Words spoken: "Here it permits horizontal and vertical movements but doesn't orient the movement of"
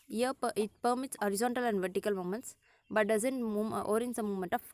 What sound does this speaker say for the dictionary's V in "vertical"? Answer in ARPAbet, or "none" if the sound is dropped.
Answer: V